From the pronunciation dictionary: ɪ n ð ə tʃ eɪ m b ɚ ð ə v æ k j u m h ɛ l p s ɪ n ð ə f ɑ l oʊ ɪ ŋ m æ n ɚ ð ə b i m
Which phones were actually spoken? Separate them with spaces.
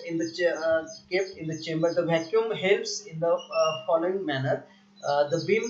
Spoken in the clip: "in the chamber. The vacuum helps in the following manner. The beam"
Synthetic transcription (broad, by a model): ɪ n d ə tʃ eɪ m b ɚ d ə v æ k j u m h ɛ l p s ɪ n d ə f ɑ l oʊ ɪ ŋ m æ n ɚ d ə b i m